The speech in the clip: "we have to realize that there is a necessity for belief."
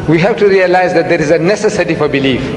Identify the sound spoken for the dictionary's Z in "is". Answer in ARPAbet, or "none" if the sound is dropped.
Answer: Z